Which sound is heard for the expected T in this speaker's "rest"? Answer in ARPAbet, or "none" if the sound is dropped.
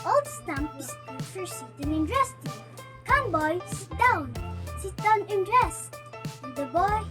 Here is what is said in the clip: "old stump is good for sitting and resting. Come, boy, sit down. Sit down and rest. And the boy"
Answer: none